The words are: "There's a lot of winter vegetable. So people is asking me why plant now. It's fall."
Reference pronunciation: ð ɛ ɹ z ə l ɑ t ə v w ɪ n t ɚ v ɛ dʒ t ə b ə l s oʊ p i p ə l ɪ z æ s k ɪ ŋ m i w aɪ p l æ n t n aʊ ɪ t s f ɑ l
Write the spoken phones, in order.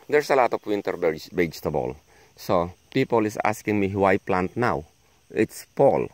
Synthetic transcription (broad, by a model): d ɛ ɹ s ə l ɑ t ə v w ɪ n t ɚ b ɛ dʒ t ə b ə l s oʊ p i p ə l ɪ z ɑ s k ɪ ŋ m i w aɪ p l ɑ n t n aʊ ɪ t s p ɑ l